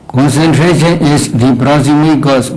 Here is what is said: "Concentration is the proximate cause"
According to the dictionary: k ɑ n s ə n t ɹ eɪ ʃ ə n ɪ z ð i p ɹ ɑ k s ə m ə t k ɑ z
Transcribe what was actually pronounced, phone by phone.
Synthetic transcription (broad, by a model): k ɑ n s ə n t ɹ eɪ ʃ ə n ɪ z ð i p ɹ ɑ s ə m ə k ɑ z